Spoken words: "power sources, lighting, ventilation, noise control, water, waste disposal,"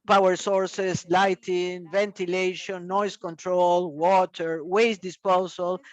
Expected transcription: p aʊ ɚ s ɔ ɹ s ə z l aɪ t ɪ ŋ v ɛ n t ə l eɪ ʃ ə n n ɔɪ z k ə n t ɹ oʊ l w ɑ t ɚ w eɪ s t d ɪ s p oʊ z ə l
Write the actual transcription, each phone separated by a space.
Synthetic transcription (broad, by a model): p aʊ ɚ s ɔ ɹ s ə s l aɪ t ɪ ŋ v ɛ n t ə l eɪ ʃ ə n n ɔɪ s k ə n t ɹ oʊ l w ɑ t ɚ w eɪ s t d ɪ s p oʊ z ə l